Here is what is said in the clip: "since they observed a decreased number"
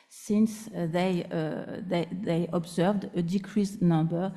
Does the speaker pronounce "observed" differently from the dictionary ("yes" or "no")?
no